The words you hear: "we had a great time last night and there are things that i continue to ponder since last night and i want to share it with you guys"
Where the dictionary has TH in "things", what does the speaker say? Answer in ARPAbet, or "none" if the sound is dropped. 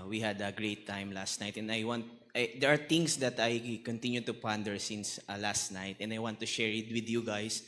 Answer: T